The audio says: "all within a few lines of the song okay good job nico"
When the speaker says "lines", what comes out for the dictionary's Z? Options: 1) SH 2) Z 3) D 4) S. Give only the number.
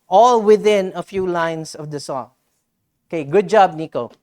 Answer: 4